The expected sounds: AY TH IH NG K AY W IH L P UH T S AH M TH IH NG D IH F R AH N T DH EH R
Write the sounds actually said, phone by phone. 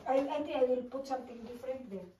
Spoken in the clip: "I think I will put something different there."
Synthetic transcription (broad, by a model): AY T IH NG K AY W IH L P UH T S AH M T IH NG D IH F R AH N T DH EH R